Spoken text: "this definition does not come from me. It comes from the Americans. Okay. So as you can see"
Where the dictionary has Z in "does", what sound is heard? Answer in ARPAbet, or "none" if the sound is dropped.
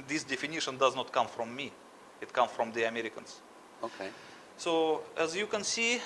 Z